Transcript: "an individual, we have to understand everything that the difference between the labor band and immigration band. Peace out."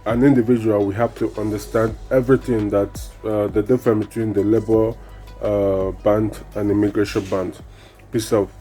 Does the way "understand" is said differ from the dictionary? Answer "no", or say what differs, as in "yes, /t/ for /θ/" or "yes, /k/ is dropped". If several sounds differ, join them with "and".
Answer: no